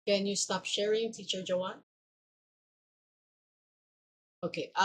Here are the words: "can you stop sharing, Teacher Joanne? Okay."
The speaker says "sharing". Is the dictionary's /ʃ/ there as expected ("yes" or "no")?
yes